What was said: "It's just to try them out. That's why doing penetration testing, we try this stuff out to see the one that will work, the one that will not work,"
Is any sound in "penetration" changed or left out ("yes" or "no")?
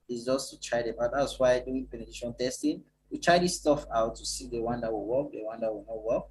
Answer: yes